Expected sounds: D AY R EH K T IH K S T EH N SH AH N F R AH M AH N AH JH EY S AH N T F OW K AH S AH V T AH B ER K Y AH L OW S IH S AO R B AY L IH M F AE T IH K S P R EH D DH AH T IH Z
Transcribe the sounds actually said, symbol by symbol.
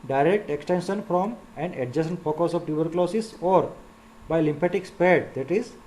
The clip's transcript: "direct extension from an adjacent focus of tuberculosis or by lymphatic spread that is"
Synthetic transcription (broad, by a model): D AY R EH K T IH K S T EH N SH AH N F R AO M AH N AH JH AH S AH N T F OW K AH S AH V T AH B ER K L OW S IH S AO R B AY L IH M P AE T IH K S P EH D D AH T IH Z